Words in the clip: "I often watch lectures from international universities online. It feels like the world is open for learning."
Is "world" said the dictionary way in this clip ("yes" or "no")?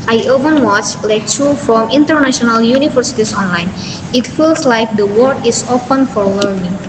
no